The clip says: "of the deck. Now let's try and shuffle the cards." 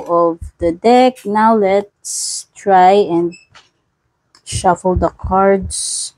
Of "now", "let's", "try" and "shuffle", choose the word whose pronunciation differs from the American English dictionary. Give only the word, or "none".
none